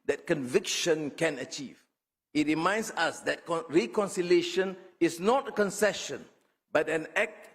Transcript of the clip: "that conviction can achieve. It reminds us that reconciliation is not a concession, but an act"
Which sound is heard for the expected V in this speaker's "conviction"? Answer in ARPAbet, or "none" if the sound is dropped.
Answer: V